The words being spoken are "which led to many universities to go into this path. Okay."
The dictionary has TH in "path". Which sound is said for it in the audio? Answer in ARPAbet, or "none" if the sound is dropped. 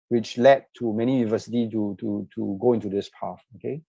F